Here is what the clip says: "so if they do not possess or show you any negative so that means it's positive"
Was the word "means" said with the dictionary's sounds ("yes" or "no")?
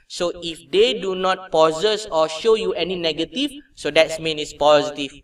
no